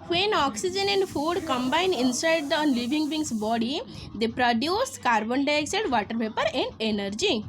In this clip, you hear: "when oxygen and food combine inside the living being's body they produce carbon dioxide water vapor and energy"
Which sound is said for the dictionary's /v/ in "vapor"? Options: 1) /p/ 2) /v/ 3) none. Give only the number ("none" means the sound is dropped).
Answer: 1